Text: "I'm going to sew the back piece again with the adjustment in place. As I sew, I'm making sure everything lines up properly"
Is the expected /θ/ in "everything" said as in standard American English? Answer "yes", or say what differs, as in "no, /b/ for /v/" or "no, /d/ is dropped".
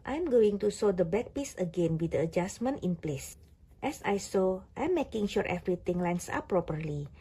no, /t/ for /θ/